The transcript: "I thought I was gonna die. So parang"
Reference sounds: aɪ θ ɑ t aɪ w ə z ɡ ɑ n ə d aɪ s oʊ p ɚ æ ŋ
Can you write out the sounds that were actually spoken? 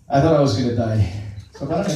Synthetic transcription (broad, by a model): aɪ θ ɑ t aɪ w ə z ɡ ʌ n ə d aɪ s oʊ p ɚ